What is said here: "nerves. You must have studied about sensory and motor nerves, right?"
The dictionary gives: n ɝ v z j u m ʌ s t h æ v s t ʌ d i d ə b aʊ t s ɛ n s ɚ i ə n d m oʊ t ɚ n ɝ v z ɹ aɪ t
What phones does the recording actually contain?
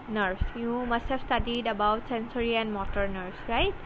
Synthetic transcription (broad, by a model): n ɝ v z j u m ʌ s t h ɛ b s t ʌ d i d ə b aʊ t s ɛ n s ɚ i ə n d m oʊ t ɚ n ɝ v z ɹ aɪ t